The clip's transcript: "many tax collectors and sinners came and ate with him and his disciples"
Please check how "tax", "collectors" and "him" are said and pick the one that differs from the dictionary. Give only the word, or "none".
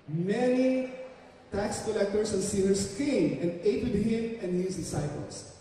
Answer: collectors